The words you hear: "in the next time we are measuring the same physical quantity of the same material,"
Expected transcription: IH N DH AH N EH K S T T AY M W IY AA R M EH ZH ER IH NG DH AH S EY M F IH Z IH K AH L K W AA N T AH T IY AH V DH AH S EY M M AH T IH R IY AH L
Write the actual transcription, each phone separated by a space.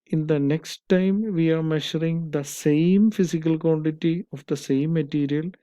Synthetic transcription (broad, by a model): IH N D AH N EH K S T T AY M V IY AA R M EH SH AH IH NG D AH S EY M F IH S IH K AH L K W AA N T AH T IY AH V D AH S EY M M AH T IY R IY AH L